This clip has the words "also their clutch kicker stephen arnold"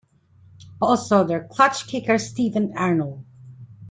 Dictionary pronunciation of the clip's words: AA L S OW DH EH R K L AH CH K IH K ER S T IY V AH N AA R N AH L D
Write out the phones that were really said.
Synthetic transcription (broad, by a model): AA L S OW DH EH R K L AH CH K IH K ER S T IY V AH N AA R N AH L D